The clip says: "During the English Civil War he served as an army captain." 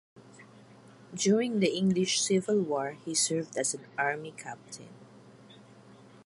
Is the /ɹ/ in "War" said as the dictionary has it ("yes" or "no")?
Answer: yes